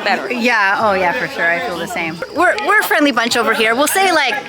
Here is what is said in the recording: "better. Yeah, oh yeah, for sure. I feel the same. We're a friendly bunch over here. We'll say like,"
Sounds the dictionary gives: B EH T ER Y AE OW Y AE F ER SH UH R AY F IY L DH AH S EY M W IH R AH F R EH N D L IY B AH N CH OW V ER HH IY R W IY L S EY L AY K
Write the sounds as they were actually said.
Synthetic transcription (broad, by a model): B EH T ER Y AE OW Y AE F ER SH UH R AY F IY L DH AH S EY M W IH R AH F R EH N D L IY B AH N CH OW V ER HH IY R W IY L S EY L AY K